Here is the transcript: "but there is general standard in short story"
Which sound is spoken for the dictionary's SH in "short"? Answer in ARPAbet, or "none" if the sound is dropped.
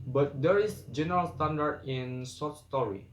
S